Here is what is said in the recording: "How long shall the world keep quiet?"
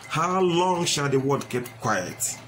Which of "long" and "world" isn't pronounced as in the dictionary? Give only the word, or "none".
world